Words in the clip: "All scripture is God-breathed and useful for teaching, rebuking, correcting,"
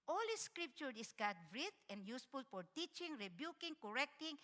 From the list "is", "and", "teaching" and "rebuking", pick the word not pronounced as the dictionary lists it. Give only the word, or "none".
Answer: is